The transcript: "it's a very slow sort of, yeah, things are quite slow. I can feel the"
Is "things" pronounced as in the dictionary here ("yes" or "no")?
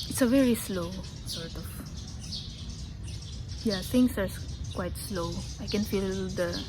no